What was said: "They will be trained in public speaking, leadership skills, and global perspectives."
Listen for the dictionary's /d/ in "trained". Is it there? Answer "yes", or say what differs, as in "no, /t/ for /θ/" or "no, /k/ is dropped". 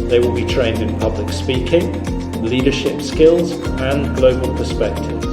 yes